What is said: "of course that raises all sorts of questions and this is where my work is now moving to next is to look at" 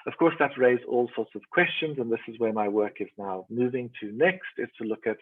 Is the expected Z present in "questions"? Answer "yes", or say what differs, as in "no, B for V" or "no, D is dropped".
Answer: yes